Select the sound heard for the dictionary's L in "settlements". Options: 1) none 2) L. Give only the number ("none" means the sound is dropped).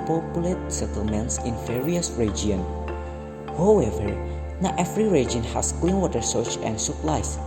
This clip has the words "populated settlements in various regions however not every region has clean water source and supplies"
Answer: 2